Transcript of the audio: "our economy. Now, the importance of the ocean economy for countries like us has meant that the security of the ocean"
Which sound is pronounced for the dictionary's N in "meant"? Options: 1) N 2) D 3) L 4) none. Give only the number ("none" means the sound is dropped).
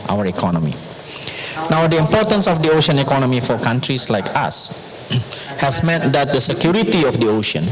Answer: 4